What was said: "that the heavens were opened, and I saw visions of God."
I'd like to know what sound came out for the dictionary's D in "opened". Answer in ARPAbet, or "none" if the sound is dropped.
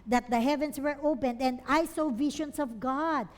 D